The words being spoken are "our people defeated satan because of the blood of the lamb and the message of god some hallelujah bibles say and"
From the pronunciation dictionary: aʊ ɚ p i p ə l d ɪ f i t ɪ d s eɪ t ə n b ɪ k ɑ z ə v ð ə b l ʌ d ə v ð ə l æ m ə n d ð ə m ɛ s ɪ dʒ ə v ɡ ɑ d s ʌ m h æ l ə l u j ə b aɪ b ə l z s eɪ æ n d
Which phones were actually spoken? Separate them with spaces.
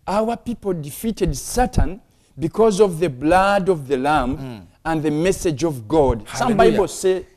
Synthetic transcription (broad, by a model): aʊ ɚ p i p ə l d ɪ f i t ɪ d s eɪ t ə n b ɪ k ɑ z ə v ð ə b l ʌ d ə v ð ə l æ m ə n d ð ə m ɛ s ɪ dʒ ə v ɡ ɑ d s ʌ m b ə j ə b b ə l s eɪ